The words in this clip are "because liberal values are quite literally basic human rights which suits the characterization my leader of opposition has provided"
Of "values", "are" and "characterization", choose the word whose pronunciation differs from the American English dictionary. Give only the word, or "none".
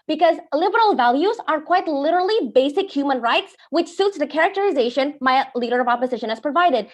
none